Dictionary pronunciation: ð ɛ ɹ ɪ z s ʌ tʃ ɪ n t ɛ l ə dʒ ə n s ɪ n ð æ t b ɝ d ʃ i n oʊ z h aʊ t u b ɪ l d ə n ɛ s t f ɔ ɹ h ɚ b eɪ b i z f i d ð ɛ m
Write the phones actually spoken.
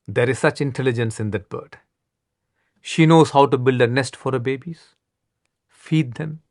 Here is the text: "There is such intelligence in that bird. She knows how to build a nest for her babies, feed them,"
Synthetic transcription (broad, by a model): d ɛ ɹ ɪ z s ʌ tʃ ɪ n t ɛ l ə dʒ ə n s ɪ n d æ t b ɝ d ʃ i n oʊ z h aʊ t u b ɪ l d ə n ɛ s t f ɔ ɹ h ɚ b eɪ b i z f i d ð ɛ m